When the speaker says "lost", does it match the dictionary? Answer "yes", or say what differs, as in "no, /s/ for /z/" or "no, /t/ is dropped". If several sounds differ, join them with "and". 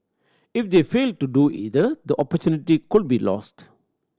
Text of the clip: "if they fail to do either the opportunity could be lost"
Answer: yes